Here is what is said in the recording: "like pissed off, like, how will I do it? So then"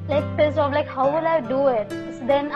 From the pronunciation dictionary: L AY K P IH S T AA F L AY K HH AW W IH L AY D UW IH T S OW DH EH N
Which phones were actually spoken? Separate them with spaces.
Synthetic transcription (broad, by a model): L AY K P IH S AA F L AY K HH AW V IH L AY D UW IH T S OW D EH N